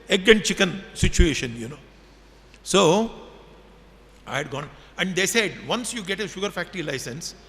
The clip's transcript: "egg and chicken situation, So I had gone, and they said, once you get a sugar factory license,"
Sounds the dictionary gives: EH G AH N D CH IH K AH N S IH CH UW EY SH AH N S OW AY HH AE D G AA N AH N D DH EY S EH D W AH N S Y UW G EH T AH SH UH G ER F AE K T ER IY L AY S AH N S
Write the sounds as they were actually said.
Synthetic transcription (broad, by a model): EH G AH N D CH IH K AH N S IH CH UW EY SH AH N S OW AY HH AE D G AA N AH N D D EY S EH D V AH N S Y UW G EH T AH SH UH G ER F AE K T ER IY L AY S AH N S